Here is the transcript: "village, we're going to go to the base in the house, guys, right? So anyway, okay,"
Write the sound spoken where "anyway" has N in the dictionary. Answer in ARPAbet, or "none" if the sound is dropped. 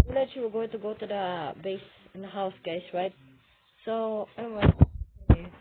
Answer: none